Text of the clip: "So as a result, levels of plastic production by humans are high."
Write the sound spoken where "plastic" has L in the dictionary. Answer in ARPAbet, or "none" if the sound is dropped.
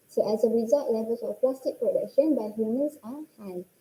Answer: none